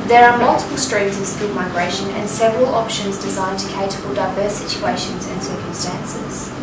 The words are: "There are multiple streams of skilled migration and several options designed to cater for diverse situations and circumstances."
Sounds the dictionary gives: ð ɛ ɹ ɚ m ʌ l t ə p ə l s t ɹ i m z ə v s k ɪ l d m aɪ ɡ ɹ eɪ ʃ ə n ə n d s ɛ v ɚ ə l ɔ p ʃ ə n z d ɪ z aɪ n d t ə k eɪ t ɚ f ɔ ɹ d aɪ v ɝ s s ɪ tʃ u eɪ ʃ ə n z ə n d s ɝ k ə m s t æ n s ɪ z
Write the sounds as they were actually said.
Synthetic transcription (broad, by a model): ð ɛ ɹ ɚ m ʌ l t ə p ə l s t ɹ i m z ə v s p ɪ d m aɪ ɡ ɹ eɪ ʃ ə n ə n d s ɛ v ɚ ə l ɔ p ʃ ə n z d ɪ z aɪ n t ə k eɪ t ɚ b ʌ l d aɪ v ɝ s s ɪ tʃ u eɪ ʃ ə n z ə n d s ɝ k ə m s t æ n s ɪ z